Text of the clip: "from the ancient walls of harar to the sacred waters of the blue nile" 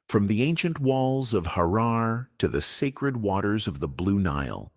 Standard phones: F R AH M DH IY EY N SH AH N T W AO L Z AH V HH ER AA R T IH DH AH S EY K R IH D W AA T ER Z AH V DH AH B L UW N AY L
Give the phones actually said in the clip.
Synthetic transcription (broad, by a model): F R AH M DH IY EY N SH AH N T W AO L Z AH V HH ER AA R T IH DH AH S EY K R IH D W AA T ER Z AH V DH AH B L UW N AY L